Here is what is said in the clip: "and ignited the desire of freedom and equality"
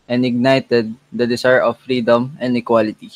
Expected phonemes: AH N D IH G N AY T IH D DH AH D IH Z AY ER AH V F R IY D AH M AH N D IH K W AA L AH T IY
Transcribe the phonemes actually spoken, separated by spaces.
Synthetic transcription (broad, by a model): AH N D IH G N AY T IH D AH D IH S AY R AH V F R IY D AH M AH N D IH K W AA L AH T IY